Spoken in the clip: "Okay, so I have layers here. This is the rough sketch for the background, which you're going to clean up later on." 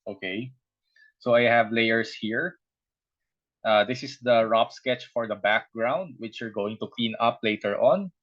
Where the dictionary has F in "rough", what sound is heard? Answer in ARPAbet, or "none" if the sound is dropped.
P